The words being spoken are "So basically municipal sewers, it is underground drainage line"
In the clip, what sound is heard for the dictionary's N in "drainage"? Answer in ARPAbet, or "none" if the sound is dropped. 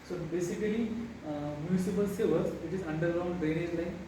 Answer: none